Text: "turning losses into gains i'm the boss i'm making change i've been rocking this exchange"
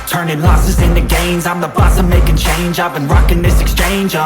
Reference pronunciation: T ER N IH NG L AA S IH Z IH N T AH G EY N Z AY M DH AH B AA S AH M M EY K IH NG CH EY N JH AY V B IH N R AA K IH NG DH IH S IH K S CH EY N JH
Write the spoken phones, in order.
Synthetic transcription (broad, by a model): T ER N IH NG L AA S IH Z IH N T AH G EY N Z AY M DH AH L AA S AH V M EY K IH NG CH EY N JH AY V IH N R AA K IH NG DH IH S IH K S CH EY N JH